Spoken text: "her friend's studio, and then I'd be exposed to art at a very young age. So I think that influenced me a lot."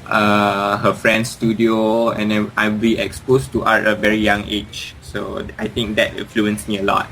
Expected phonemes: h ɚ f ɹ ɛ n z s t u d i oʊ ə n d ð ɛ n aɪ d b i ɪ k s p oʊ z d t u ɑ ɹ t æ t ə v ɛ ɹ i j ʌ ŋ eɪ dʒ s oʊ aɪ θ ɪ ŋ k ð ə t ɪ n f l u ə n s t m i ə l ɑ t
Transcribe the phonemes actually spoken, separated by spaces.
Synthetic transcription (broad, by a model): h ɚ f ɹ ɛ n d s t u d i oʊ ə n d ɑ aɪ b i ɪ k s p oʊ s t u t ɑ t ə v ɛ ɹ i j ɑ ŋ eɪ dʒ s oʊ aɪ t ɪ ŋ k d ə t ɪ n f l u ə n s m i ə l ɑ t